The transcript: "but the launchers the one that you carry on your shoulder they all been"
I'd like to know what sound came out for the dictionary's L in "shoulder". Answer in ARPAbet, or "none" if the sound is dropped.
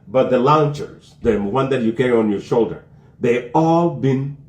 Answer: L